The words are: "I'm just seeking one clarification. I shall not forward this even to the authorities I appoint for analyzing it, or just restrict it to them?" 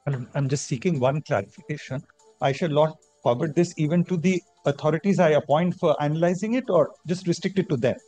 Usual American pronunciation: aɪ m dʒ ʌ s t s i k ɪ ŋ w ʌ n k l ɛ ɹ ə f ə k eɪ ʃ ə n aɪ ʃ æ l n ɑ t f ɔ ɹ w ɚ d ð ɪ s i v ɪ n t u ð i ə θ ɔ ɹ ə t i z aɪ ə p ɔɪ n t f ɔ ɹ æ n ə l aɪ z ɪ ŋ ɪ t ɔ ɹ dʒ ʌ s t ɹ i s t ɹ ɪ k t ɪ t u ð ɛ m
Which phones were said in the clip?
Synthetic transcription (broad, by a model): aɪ m dʒ ʌ s t s i k ɪ ŋ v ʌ n k l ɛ ɹ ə f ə k eɪ ʃ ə n aɪ ʃ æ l n ɑ t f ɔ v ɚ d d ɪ s i v ɪ n t u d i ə t ɔ ɹ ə t i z aɪ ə p ɔɪ n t f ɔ ɹ æ n ə l aɪ z ɪ ŋ ɪ t ɔ ɹ dʒ ʌ s t ɹ i s t ɹ ɪ k t ɪ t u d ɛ m